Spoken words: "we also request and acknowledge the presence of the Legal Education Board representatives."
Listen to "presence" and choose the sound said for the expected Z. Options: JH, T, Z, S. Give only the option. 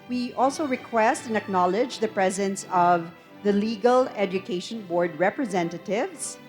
Z